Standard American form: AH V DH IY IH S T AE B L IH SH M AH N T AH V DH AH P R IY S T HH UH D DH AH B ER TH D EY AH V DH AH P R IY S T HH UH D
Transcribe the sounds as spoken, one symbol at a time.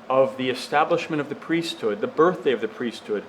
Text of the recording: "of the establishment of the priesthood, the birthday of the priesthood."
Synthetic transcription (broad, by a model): AH V DH IY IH S T AE B L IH SH M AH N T AH V DH AH P R IY S T HH UH D DH AH B ER TH D EY AH V DH AH P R IY S T HH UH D